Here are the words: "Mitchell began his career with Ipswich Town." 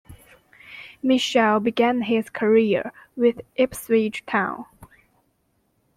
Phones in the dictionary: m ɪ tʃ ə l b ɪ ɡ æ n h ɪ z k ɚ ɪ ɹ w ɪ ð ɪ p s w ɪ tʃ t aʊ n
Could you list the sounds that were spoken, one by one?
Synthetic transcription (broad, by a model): m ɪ ʃ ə l b ɪ ɡ æ n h ɪ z k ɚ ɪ ɹ w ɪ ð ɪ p s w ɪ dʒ t aʊ n